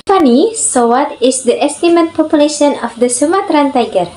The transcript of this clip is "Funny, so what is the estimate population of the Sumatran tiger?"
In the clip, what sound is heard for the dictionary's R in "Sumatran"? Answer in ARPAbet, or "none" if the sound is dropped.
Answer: R